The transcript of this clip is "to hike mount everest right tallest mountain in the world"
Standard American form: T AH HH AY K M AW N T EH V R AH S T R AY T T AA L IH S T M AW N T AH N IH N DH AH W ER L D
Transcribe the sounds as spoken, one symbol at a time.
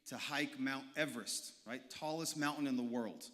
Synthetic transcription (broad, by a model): T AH HH AY K M AW N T EH V R AH S T R AY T T AA L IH S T M AW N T N IH N DH AH W ER L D